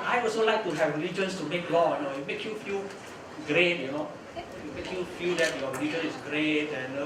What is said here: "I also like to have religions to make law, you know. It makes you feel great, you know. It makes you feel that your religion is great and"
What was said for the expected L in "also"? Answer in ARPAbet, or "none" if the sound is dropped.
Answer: none